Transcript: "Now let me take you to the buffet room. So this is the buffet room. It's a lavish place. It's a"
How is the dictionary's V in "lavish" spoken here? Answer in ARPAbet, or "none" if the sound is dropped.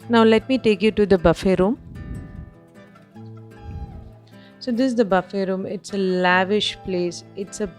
V